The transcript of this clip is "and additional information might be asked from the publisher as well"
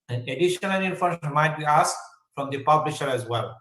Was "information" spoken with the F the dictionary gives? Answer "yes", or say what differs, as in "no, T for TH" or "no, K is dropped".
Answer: no, F is dropped